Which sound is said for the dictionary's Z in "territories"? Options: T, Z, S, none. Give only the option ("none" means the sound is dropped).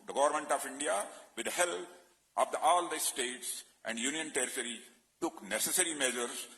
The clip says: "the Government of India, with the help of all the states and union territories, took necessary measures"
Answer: none